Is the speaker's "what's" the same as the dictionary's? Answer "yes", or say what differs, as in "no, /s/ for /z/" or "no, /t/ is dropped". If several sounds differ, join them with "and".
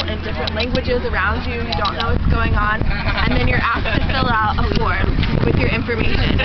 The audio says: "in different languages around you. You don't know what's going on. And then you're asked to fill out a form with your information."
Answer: yes